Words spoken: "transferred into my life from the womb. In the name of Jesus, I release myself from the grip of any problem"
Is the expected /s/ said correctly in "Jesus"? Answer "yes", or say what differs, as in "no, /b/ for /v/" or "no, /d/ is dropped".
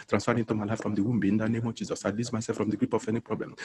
yes